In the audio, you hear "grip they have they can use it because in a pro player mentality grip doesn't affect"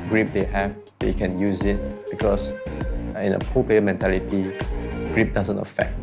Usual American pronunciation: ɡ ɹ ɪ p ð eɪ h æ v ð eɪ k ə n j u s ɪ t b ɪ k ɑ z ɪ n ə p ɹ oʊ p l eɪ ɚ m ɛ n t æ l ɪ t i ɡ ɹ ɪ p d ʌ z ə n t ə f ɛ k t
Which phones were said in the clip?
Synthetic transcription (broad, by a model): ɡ ɹ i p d eɪ h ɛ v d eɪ k ə n j u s ɪ t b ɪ k ɑ s ɪ n ə p oʊ p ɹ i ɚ m ɛ n t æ l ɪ t i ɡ ɹ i p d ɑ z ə n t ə f ɛ k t